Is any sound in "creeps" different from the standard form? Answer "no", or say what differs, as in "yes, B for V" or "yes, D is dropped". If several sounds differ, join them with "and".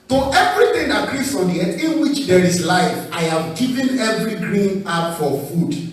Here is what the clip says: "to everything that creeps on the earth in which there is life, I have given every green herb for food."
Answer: yes, P is dropped